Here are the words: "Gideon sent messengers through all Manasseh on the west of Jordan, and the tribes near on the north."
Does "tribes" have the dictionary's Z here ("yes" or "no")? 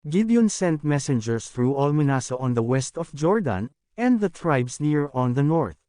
no